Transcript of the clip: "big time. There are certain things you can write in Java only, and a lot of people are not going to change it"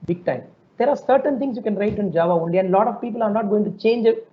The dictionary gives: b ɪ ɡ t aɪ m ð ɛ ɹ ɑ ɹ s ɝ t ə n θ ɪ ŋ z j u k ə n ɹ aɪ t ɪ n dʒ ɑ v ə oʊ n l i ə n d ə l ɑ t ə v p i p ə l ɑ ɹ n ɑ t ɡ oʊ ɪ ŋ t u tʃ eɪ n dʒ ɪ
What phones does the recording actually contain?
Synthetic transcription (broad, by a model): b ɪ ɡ t aɪ m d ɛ ɹ ɑ ɹ s ɝ t ə n t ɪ ŋ s j u k ə n ɹ aɪ t ɪ n dʒ ɑ v ə oʊ n l i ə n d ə l ɑ t ə v p i p ə l ɑ ɹ n ɑ t ɡ oʊ ɪ ŋ t u tʃ eɪ n dʒ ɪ